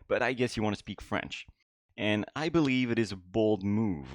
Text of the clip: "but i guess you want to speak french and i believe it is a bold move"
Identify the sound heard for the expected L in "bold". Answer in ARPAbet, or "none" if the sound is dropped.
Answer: L